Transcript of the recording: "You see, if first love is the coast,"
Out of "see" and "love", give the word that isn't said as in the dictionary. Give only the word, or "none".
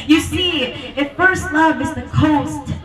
none